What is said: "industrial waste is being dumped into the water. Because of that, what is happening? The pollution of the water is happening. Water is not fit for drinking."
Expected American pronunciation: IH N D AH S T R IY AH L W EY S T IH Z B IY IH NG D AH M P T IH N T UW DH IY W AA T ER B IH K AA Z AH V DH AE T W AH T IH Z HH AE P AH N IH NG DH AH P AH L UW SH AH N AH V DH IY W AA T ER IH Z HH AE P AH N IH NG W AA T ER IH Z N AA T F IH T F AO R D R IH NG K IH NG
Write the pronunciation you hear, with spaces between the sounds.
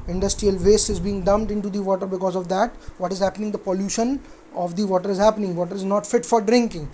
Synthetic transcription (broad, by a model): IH N D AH S T R IY AH L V EY S IH Z B IY IH NG D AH M T IH N T UW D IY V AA T ER B IH K AA Z AH V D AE T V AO T IH Z HH AE P AH N IH NG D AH P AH L UW SH AH N AH V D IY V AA T ER IH Z HH AE P AH N IH NG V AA T ER IH Z N AA T F IH T F AO R D R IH NG K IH NG